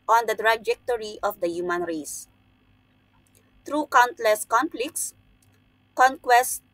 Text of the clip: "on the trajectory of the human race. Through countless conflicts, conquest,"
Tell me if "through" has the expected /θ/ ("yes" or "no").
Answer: no